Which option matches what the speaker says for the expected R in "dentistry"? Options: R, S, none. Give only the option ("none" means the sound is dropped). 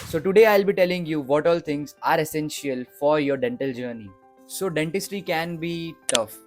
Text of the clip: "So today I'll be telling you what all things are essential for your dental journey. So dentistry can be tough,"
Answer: none